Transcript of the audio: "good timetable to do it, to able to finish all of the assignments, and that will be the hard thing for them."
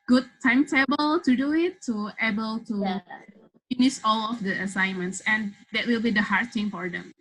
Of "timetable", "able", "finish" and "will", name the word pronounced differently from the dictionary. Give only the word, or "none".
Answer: finish